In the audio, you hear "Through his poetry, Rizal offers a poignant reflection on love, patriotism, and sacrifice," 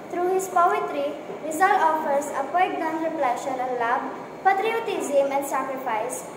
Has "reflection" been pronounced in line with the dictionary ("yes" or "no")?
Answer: no